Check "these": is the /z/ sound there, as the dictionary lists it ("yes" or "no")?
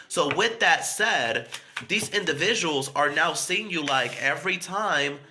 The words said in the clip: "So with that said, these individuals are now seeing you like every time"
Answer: yes